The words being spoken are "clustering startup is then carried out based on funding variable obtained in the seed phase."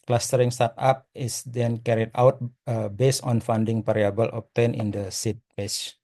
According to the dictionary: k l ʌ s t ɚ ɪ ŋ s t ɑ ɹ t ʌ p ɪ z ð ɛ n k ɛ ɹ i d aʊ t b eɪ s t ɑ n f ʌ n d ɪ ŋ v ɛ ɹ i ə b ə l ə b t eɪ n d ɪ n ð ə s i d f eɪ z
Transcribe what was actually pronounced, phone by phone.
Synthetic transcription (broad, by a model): k l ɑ s t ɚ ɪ ŋ s t ɑ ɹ t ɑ p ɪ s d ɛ n k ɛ ɹ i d aʊ t b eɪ s ɑ n f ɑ n d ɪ ŋ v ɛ ɹ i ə b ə l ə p t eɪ n ɪ n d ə s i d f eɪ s